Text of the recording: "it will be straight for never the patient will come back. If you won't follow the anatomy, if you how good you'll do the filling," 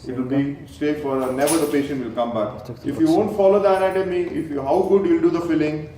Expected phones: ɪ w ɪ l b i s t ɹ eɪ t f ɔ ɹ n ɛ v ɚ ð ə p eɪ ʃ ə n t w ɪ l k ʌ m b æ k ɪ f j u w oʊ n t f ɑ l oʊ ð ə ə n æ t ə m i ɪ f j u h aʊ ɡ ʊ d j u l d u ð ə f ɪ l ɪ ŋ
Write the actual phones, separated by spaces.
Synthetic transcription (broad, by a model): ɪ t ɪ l b i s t eɪ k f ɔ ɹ n ɛ v ɚ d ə p eɪ ʃ ə n t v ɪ l k ʌ m b æ k ɪ f j u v oʊ n t f ɑ l oʊ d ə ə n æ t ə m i ɪ f j u h aʊ ɡ ʊ d j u l d u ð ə f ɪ l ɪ ŋ